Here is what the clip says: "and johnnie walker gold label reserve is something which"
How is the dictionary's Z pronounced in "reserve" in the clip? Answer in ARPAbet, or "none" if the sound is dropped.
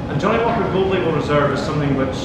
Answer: Z